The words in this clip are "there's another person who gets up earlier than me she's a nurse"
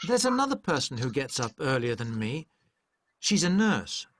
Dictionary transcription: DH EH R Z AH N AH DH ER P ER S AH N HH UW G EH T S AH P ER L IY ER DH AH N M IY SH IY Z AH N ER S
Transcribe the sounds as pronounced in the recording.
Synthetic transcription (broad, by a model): DH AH R Z AH N AH DH ER P ER S N HH UW G EH T S AH P ER L IY ER DH AH N M IY SH IY Z AH N ER S